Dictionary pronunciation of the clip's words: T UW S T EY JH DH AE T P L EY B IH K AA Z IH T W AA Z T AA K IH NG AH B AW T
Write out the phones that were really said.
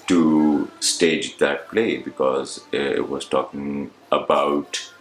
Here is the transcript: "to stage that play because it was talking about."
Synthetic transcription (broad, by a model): T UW S T EY JH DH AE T P L EY B IH K AA Z IH T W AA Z T AA K IH NG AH B AW T